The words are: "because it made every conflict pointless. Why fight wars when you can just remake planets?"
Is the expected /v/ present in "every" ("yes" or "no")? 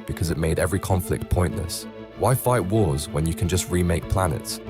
yes